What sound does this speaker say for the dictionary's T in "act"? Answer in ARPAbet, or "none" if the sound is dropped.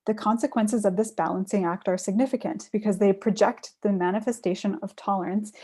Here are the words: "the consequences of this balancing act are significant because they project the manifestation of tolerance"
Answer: T